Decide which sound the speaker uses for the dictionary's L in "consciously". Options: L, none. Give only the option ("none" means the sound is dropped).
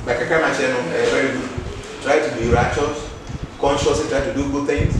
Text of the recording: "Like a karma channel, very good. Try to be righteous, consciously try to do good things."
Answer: none